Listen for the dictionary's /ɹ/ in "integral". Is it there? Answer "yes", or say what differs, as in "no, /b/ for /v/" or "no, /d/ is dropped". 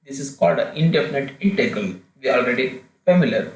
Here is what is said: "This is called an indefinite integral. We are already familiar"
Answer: no, /ɹ/ is dropped